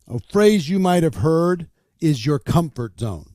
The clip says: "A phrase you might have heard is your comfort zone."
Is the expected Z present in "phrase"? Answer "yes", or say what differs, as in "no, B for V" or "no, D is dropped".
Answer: yes